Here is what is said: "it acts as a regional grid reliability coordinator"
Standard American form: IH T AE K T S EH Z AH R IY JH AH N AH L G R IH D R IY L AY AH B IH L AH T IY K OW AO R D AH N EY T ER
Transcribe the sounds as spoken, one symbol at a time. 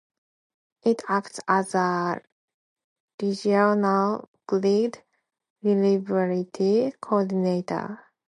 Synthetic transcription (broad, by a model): IH T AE K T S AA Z AH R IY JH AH N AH L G L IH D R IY L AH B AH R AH T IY K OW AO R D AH N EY T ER